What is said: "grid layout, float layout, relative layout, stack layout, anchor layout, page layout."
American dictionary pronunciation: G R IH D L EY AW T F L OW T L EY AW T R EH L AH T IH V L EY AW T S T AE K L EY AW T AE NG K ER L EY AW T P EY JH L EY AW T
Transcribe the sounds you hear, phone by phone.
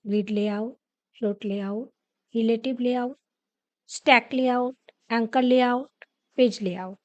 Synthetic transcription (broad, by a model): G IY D L EY AW T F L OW T L EY AW T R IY L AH T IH B L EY AW T S T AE K L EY AW T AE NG K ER L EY AW T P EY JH L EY AW T